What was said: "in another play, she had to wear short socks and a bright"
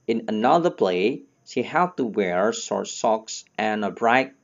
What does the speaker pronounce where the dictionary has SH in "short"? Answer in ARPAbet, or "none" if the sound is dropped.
S